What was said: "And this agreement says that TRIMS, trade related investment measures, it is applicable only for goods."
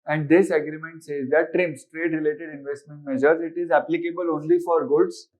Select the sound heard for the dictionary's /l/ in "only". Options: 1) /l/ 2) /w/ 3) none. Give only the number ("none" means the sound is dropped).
1